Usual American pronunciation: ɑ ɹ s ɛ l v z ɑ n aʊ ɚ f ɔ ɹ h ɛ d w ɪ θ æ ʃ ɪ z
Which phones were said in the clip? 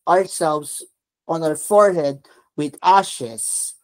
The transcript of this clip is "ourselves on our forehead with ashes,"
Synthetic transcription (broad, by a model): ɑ ɹ s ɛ l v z ɑ n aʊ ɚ f ɔ ɹ h ɛ d w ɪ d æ ʃ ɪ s